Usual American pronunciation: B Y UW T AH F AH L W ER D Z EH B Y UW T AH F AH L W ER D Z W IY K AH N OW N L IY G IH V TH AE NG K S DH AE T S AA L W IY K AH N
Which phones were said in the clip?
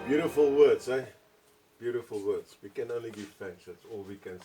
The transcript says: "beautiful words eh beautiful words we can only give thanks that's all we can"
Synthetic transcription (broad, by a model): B Y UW T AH F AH L W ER D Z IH B Y UW T AH F AH L W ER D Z W IY K AH N OW N L IY G IH V F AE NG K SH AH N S AA L W IY K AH N